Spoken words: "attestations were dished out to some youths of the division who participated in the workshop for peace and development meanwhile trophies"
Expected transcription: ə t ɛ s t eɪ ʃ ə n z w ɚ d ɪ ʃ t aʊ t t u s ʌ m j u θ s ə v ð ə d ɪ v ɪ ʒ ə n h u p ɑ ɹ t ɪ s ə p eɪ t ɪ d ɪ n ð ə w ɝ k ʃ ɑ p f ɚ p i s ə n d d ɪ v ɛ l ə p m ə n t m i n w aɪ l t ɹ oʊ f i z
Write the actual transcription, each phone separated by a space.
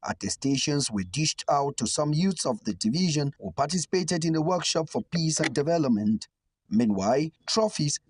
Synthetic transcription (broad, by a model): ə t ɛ s t eɪ ʃ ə n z w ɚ d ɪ ʃ t aʊ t t u s ʌ m j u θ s ə v ð ə d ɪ v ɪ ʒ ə n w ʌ p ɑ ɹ t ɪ s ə p eɪ t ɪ d ɪ n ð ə w ɝ k ʃ ɑ p f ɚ p i s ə n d d ɪ v ɛ l ə p m ə n t m i n w aɪ l t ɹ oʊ f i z